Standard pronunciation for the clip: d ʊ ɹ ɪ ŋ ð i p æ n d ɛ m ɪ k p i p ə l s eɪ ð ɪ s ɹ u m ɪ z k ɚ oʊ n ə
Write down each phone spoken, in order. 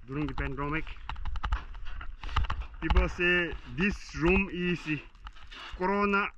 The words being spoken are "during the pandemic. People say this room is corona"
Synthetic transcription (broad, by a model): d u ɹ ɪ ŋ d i p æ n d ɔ m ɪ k p i p ə l s eɪ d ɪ s ɹ u m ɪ s k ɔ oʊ n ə